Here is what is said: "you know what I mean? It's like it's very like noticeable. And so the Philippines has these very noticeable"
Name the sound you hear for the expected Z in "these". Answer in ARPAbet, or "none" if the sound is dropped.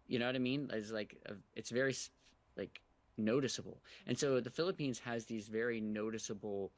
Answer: Z